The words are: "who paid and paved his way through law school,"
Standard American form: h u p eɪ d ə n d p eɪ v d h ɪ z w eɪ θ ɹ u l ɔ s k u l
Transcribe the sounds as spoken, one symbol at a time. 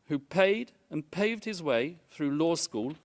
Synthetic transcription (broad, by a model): h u p eɪ d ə n p eɪ v d h ɪ z w eɪ θ ɹ u l ɔ s k u l